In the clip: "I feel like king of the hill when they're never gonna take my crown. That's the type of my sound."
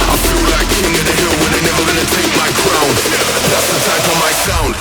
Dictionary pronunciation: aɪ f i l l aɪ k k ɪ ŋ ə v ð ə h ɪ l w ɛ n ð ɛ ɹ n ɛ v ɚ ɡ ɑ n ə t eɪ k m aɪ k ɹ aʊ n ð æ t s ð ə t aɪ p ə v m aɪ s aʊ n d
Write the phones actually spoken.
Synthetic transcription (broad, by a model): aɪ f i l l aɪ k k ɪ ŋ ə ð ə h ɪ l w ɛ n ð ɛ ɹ n ɛ v ɚ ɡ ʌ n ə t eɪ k m aɪ k ɹ aʊ n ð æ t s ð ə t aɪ f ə m aɪ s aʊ n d